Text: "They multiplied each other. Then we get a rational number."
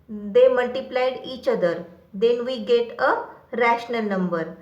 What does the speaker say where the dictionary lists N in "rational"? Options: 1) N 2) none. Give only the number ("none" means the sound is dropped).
1